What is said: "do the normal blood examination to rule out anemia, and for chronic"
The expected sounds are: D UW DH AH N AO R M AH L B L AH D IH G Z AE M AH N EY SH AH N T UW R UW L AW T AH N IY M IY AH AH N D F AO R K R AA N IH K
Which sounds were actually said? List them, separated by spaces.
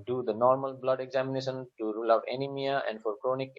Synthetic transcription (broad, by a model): D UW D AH N AO R M AH L B L AH D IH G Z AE M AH N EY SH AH N T UW R UW L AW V AH N IY M IY AH AH N D F AO R K R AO N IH K